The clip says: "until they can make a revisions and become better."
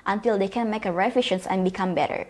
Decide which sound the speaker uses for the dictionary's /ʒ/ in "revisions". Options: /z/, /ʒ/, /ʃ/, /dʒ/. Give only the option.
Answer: /ʃ/